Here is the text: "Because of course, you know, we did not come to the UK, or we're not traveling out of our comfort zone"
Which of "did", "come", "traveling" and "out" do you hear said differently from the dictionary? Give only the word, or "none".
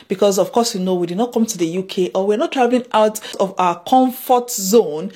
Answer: traveling